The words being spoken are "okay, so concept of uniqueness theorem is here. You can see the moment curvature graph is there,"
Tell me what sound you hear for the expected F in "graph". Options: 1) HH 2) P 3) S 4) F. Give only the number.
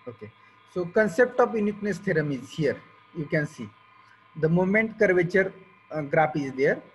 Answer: 2